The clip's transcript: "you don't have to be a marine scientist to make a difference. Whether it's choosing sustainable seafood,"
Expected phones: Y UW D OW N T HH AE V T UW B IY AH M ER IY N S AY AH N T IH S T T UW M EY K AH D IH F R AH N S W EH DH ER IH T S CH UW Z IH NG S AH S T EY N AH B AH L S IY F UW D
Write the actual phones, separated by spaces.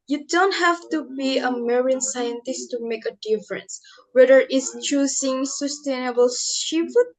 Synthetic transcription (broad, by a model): Y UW D OW N T HH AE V T UW B IY AH M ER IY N S AY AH N T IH S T T UW M EY K AH D IH F R AH N S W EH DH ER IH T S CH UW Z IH NG S AH S T EY N AH B AH L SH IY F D